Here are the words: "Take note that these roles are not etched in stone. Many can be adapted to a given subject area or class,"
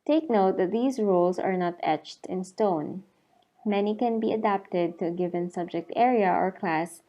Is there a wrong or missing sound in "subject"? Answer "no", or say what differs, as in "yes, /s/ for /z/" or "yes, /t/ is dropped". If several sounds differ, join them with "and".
no